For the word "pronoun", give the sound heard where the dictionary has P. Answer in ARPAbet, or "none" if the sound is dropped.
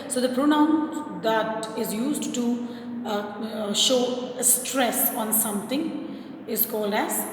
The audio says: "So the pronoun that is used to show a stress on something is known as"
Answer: P